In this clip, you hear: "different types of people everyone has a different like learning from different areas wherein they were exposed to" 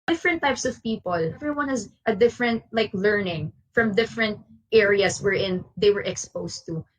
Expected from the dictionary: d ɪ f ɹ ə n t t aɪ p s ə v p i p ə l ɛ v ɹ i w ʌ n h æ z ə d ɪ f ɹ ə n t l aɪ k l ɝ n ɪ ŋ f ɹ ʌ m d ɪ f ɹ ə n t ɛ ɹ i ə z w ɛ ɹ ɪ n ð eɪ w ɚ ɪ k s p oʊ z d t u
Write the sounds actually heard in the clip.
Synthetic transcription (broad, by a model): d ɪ f ɹ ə n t t aɪ p s ə v p i p ə l ɛ v ɹ i w ʌ n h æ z ə d ɪ f ɹ ə n t l aɪ k l ɝ n ɪ ŋ f ɹ ʌ m d ɪ f ɹ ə n t ɛ ɹ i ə s w ɛ ɹ ɪ n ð eɪ w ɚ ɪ k s p oʊ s t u